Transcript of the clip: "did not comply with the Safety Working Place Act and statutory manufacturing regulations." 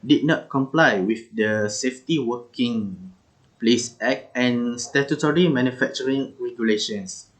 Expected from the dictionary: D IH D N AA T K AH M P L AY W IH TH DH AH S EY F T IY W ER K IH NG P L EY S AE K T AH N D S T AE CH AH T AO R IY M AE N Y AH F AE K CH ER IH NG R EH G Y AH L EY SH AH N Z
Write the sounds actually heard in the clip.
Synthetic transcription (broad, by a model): D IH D N AA T K AH M P L AY W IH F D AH S EY F T IY W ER K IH NG P L EY S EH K AH N S T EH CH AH T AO R IY M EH N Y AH F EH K CH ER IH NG R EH G Y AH L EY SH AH N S